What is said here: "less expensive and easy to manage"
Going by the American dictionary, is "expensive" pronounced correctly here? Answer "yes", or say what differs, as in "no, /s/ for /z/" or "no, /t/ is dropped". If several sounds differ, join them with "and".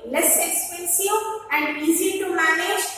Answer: no, /w/ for /v/